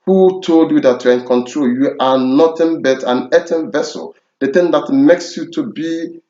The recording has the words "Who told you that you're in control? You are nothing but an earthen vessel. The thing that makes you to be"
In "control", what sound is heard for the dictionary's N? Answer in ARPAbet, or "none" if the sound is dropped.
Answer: N